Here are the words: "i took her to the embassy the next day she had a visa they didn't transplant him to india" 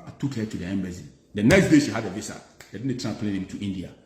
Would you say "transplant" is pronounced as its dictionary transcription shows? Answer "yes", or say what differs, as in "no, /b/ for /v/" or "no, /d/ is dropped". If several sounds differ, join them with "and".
no, /s/ is dropped and /t/ is dropped